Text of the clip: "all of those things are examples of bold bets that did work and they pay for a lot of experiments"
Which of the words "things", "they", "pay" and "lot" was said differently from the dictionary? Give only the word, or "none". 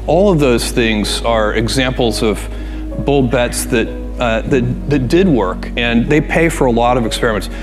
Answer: none